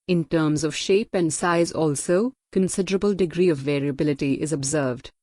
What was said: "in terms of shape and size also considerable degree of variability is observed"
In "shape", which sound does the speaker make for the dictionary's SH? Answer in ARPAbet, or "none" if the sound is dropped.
SH